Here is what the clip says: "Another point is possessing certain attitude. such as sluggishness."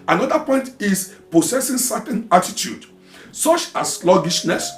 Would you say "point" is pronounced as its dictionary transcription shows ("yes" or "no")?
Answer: yes